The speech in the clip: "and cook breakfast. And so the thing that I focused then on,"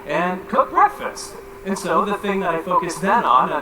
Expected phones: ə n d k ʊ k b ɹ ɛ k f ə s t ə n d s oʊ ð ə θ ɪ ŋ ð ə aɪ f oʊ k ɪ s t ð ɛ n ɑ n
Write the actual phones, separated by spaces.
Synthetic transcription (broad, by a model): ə n k ʊ k b ɹ ɛ k f ə s t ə n s oʊ ð ə θ ɪ ŋ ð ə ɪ f oʊ k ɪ s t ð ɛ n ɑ n